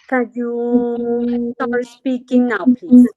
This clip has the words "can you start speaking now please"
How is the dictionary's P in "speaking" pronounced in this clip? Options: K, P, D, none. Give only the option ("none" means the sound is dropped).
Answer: P